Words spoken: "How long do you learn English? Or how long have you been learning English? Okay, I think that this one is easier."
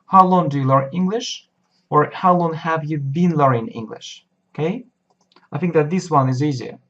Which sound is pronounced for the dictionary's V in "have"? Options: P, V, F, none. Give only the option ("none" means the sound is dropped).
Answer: V